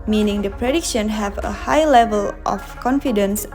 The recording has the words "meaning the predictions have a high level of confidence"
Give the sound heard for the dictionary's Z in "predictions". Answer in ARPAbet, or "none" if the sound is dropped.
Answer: none